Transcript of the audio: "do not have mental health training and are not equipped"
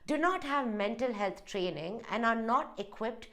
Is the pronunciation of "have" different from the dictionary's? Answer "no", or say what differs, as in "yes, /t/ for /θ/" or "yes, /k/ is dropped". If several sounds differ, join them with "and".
no